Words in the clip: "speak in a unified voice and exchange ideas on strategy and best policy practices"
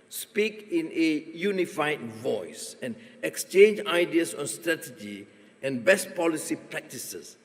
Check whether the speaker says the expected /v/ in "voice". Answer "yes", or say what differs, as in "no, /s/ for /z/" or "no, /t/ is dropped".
yes